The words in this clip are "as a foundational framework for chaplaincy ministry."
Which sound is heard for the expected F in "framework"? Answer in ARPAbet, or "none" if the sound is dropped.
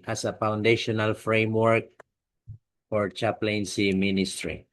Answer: F